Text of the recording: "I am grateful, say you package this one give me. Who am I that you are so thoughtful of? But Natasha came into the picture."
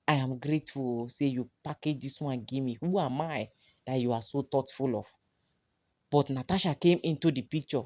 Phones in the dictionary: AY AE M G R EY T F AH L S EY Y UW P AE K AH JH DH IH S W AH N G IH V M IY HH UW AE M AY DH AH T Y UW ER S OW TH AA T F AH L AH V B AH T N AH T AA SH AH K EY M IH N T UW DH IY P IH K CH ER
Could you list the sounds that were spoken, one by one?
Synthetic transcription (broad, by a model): AY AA M G R EY T F AH L S EY Y UW P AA K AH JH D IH S W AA N G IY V M IY HH UW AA M AY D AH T Y UW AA S OW T AA T F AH L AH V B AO T N AH T AA SH AH K EY M IH N T UW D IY P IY K CH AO